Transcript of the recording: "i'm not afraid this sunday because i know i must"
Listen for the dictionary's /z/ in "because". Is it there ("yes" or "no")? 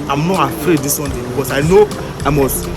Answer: no